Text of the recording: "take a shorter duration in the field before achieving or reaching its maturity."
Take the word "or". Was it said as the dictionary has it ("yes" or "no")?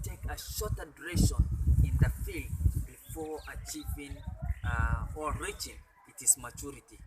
no